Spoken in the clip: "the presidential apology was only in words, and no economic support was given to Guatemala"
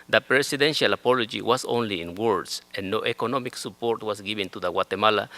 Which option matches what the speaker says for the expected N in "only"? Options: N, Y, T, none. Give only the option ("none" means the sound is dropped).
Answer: N